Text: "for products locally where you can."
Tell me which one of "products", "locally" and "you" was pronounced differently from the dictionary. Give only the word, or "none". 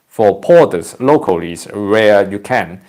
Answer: products